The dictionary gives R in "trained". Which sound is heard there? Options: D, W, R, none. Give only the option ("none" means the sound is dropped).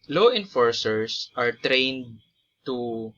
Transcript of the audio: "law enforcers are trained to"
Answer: R